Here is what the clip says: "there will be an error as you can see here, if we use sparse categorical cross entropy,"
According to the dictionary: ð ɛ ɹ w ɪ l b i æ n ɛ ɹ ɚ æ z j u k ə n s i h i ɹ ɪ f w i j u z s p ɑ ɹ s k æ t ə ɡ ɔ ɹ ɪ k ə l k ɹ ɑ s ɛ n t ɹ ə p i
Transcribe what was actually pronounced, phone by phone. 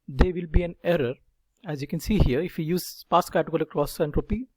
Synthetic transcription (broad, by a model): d ɛ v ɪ l b i æ n ɛ ɹ ɚ æ z j u k ə n s i h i ɹ ɪ f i j u z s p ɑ s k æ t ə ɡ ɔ l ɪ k k ɹ ɑ s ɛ n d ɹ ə p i